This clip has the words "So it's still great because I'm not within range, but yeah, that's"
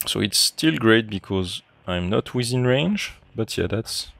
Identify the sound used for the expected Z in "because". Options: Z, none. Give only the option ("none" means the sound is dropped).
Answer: Z